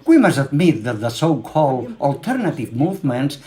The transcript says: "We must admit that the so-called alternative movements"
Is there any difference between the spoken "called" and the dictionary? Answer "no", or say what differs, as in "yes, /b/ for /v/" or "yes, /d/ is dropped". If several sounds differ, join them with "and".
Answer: no